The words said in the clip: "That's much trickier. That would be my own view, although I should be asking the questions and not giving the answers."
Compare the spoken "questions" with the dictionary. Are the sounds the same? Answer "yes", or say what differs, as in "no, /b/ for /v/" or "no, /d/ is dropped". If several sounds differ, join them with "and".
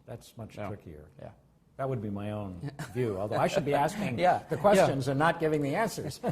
yes